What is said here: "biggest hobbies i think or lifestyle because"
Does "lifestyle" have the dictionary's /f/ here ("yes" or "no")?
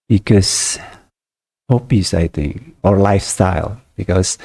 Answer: yes